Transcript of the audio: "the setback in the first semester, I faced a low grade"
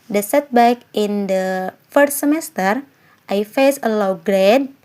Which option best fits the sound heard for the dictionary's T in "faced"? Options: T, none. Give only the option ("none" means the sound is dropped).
none